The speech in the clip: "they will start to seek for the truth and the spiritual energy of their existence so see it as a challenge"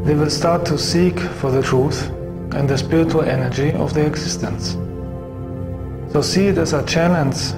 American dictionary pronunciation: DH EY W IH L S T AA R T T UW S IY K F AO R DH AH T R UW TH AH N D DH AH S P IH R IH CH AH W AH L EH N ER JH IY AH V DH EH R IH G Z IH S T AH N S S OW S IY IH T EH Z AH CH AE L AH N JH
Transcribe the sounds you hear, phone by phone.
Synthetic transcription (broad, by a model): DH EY W IH L S T AA R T T UW S IY K F AO R DH AH T R UW TH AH N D DH AH S P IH R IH CH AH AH L EH N ER JH IY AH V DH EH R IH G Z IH S T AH N S S OW S IY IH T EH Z AH CH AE L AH N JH